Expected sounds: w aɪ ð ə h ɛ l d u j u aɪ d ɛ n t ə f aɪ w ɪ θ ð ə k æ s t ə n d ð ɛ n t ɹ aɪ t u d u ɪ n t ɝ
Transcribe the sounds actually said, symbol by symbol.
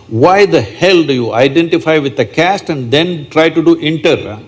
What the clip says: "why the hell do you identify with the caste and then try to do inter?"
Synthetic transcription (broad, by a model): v aɪ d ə h ɛ l d u j u aɪ d ɛ n t ə f aɪ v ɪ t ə k æ s t ə n d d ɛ n t ɹ aɪ t u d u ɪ n t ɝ